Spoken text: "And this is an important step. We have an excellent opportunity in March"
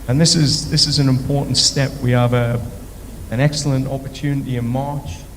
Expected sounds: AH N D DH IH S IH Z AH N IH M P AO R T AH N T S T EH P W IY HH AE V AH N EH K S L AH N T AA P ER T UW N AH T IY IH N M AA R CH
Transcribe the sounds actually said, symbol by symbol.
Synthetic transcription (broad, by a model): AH N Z DH IH S IH Z AH N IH M P AO R T N T S T EH P W IY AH V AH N EH K S L AH N T AA P ER T UW N AH T IY IH N M AA R CH